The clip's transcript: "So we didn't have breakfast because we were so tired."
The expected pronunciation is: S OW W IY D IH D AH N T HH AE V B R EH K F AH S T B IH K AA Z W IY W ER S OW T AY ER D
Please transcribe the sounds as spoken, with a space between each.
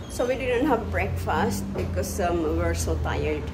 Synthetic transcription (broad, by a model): S OW W IY D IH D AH N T HH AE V B R EH K F AH S T B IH K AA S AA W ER S OW T AY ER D